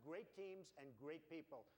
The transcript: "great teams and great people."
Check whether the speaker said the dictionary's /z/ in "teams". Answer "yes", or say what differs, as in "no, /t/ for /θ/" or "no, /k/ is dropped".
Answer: yes